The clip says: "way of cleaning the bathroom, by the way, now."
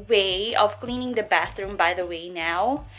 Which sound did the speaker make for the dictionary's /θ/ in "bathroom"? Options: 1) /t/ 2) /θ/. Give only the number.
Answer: 2